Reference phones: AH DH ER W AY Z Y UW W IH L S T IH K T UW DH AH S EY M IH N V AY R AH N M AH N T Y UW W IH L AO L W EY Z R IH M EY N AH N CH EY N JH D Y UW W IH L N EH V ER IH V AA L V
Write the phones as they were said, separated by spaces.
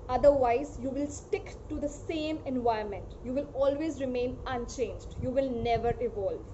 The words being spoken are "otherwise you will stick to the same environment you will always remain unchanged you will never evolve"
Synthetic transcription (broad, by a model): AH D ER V AY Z Y UW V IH L S T IH K T UW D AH S EY M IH N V AY AH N M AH N T Y UW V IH L AO L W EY Z R IH M EY N AH N CH EY N JH D Y UW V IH L N EH V ER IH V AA L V